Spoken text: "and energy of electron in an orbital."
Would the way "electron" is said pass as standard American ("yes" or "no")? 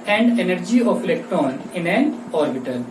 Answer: no